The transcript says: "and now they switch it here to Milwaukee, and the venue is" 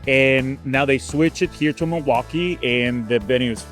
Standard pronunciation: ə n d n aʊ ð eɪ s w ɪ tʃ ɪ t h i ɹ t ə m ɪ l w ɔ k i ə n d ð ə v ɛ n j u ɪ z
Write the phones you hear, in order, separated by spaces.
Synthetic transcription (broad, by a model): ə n n aʊ ð eɪ s w ɪ tʃ ɪ t h i ɹ t ə m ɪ w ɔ k i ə n ð ə b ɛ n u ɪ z